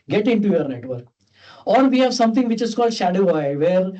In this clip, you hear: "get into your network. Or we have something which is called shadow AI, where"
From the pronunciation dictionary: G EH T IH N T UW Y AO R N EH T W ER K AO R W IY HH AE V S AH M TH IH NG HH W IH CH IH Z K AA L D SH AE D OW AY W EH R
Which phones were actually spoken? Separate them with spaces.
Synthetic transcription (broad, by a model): G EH T IH N T UW Y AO R N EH T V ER K AO R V IY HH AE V S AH M T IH NG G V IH CH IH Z K AA L D SH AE D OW AY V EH R